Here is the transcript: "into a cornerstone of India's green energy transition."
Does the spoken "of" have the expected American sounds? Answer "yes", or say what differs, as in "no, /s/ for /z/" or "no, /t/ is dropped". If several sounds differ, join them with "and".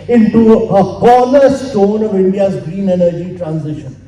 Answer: yes